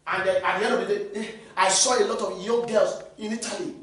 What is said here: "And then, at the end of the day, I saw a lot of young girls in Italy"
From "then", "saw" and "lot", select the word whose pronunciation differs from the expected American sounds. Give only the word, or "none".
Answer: then